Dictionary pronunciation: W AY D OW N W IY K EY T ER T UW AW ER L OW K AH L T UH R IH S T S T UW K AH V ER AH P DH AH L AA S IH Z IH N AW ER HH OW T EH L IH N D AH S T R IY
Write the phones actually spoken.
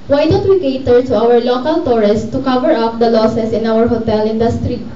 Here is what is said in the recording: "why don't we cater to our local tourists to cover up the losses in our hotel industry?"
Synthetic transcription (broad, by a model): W AY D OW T W IY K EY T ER T UW AW ER L OW K AH L T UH R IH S S T UW K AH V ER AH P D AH L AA S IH S IH N AW ER HH OW T EH L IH N D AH S T R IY